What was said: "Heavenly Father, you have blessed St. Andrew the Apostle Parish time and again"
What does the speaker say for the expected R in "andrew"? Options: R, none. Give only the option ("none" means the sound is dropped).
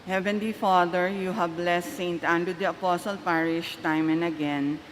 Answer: none